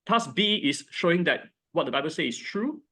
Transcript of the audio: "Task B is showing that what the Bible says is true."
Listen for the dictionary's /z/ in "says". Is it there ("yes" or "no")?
no